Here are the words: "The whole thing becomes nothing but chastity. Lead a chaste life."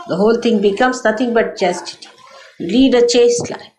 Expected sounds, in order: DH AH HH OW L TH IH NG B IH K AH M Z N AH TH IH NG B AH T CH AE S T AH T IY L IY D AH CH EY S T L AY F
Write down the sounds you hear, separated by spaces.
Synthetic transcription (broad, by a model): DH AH HH OW L T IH NG B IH K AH M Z N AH T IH NG B AH T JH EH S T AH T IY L IY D AH CH EY S T L AY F